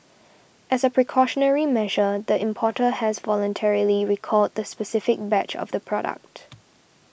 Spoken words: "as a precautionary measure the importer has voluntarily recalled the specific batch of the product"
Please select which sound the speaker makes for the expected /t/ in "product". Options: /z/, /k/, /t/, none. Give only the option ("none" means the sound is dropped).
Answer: /t/